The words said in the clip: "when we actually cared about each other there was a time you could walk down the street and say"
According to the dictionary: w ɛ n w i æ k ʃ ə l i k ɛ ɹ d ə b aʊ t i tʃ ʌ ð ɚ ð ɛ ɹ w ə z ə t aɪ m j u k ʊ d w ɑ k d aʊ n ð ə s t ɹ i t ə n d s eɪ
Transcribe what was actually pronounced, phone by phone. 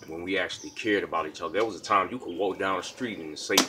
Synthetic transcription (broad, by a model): w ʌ n w i æ k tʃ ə l i k ɛ ɹ d ə b aʊ t i tʃ ʌ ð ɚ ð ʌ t w ə z ə t aɪ m j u k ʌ d w ɑ k d aʊ n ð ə s t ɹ i t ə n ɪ s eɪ